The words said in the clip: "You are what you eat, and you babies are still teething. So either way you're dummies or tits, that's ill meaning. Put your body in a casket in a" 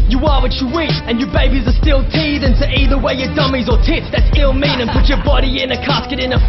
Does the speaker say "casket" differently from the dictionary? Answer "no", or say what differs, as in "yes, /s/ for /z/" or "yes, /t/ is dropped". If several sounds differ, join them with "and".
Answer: no